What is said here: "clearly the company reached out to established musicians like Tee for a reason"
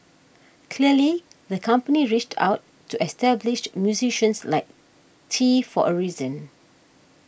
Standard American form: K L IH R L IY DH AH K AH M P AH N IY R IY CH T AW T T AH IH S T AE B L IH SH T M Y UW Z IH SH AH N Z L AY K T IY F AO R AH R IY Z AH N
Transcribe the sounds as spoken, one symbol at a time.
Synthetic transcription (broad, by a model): K L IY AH L IY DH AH K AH M P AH N IY R IY CH T AW T T AH S T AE B L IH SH M Y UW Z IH SH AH N S L AY K T IY F AO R AH R IY Z AH N